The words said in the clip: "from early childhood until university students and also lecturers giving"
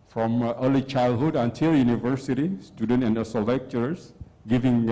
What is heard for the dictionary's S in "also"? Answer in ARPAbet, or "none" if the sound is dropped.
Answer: none